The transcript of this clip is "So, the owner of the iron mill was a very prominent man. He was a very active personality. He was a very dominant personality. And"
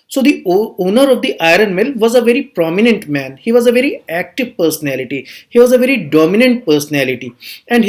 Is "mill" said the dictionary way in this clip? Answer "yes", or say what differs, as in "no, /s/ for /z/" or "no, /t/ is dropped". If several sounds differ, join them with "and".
yes